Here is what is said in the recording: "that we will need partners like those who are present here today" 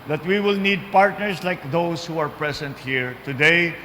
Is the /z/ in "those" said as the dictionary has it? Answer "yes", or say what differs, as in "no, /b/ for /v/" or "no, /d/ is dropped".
no, /s/ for /z/